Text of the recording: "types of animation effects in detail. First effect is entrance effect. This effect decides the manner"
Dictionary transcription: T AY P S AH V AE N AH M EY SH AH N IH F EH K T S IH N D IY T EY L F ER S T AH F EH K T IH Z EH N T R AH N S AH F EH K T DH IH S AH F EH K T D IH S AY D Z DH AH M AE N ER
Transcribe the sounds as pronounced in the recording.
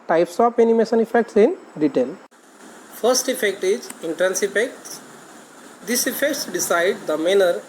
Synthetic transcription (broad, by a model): T AY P S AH P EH N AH M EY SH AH N IH F EH K T S IH N D IY T EY L F ER S T AH F EH K T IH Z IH N T R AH N S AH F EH K T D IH S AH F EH K T D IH S AY D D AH M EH N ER